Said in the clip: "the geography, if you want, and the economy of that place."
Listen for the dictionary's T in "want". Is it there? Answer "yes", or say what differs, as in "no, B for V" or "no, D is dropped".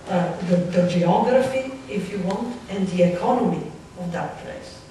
yes